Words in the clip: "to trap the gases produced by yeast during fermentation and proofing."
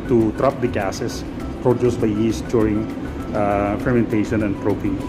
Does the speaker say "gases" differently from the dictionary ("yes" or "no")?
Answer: yes